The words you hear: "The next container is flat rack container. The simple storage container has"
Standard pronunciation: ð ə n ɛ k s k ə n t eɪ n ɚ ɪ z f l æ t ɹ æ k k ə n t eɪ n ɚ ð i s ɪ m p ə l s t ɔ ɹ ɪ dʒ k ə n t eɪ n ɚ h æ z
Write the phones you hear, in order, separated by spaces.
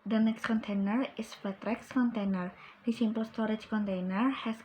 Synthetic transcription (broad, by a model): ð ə n ɛ k s k ə n t eɪ n ɚ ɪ s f ɛ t ɹ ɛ k k ə n t eɪ n ɚ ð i s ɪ m p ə l s t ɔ ɹ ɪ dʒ k ə n t eɪ n ɚ h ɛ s